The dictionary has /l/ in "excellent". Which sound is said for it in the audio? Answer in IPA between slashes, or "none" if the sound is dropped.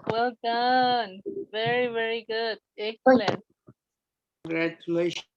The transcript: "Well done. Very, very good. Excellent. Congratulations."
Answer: none